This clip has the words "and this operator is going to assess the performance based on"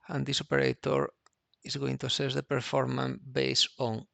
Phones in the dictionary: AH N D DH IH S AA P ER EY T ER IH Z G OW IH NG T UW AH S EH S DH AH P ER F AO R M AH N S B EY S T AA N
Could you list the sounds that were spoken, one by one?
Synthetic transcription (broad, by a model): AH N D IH S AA P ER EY T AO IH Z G OW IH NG T UW AH S EH S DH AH P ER F AO R M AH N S B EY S AA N